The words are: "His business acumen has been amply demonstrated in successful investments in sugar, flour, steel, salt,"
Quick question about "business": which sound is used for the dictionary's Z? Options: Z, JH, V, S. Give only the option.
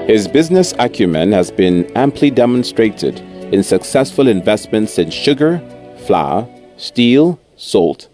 Z